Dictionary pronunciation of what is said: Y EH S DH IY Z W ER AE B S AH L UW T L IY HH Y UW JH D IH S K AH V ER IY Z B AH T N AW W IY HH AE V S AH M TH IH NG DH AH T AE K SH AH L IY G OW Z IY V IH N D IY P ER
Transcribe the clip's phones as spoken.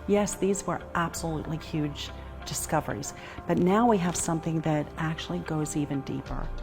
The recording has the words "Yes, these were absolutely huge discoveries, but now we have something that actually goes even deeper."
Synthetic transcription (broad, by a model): Y EH S DH IY Z W ER AE B S AH L UW T L IY HH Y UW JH D IH S K AH V ER IY Z B AH T N AW W IY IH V S AH M TH IH NG DH AH T AE K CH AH L IY G OW Z IY V IH N D IY P ER